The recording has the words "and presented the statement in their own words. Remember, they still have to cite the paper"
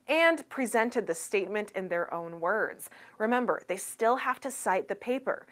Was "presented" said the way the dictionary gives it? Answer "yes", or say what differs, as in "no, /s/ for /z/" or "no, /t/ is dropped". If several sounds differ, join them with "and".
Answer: yes